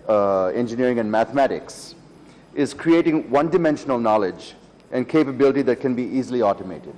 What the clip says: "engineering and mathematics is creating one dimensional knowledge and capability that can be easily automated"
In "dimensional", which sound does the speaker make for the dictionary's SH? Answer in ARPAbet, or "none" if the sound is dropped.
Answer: SH